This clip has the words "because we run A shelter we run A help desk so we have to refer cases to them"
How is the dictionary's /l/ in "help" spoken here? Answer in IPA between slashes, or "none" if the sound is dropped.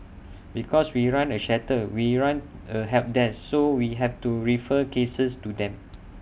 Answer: none